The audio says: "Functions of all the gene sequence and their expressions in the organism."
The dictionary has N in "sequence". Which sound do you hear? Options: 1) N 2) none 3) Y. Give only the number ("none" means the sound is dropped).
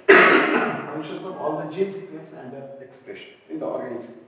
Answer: 2